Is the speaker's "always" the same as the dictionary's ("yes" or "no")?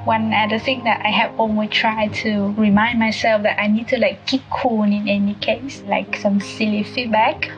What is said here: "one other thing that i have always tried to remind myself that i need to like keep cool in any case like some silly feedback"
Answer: no